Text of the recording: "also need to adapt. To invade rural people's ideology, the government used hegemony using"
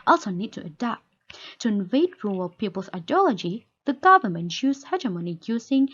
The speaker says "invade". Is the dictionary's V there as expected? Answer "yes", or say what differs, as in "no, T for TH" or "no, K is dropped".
yes